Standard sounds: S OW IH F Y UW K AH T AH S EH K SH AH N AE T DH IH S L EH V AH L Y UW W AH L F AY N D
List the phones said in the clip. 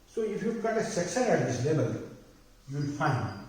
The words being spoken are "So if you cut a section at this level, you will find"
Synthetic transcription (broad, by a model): S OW IH F Y UW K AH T AH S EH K S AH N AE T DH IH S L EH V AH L Y UW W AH L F AY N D